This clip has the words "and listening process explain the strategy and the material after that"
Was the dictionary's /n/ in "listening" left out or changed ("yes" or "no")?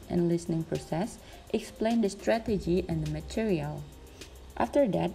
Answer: no